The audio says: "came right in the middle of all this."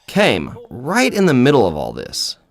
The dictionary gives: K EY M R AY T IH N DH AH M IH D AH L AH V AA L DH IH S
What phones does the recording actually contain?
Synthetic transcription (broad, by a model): K EY M R AY T IH N DH AH M IH D L AH V AA L DH IH S